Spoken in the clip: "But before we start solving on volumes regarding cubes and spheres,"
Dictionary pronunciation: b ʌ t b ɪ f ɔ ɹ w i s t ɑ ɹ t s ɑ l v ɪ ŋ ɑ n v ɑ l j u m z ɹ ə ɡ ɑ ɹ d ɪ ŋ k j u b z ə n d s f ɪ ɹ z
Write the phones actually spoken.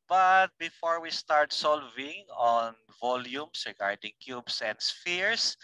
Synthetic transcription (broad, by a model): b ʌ t b ɪ f ɔ ɹ w i s t ɑ ɹ t s ɑ l v ɪ ŋ ɑ n v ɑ l j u m s ɹ ə ɡ ɑ ɹ d ɪ ŋ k j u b s ə n d s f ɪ ɹ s